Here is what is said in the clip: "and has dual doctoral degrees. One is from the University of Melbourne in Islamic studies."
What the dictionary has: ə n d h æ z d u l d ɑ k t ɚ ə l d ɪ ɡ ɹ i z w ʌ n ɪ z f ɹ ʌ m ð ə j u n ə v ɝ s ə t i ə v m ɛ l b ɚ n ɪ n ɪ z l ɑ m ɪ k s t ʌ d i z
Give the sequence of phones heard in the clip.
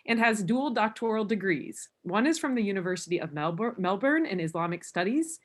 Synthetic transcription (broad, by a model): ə n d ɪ z d u l d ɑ k t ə l d ɪ ɡ ɹ i z w ʌ n ɪ z f ɹ ʌ m ð ə j u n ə v ɝ s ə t i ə v m ɛ l b ɚ n ɪ n ɪ z l ɑ m ɪ k s t ʌ d i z